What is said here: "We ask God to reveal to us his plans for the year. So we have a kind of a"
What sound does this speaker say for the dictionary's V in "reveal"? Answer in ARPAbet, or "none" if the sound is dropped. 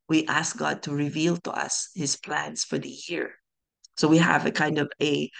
V